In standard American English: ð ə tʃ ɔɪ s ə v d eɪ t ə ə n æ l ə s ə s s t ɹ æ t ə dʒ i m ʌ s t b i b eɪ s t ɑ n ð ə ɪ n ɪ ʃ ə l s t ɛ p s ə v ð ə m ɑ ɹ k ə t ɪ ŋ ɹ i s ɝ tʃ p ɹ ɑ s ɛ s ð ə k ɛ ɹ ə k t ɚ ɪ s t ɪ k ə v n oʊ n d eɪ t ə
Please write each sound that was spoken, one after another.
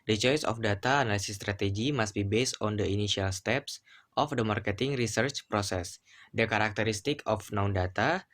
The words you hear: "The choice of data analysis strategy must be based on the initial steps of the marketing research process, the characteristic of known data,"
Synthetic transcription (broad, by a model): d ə tʃ ɔɪ s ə f d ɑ t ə n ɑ l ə s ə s s t ɹ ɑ t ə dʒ i m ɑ s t b i b eɪ s t ɑ n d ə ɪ n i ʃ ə l s t ɛ p s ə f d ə m ɑ ɹ k ə t ɪ ŋ ɹ i s ɝ tʃ p ɹ ɑ s ɛ s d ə k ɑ ɹ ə k t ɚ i s t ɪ k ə f n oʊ n d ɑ t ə